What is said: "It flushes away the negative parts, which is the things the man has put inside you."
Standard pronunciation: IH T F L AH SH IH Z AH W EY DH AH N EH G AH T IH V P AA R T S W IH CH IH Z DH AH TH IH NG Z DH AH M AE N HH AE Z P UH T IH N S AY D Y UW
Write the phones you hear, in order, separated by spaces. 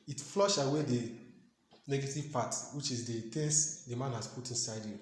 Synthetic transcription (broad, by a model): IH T F L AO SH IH W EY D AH N EH G AH T IH V P AA T W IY CH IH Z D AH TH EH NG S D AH M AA N HH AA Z P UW T IH N S AY D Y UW